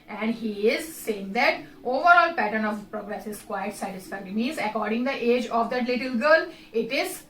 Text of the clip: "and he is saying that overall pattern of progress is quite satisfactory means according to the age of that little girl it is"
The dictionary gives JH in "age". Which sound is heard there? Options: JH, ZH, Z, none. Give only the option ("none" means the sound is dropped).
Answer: JH